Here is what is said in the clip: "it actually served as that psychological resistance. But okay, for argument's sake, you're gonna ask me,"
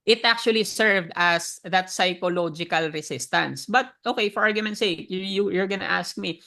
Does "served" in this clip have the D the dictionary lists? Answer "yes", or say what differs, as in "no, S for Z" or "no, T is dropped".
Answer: yes